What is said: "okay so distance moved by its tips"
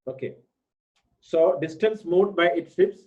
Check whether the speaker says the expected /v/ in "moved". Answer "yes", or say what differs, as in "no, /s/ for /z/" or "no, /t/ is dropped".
no, /v/ is dropped